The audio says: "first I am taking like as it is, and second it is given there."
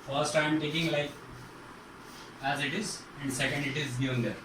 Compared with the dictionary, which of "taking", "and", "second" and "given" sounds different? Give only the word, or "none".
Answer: given